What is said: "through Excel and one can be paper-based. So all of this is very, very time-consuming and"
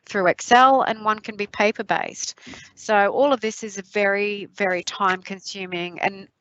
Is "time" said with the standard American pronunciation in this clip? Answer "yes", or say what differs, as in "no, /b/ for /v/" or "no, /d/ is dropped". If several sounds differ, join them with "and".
yes